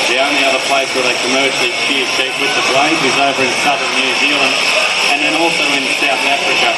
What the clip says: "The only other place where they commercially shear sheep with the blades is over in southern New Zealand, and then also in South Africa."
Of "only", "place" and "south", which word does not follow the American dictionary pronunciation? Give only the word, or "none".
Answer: none